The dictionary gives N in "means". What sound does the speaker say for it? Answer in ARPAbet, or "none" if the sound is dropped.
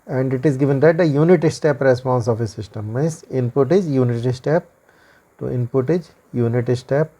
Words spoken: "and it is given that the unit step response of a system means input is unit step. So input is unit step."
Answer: none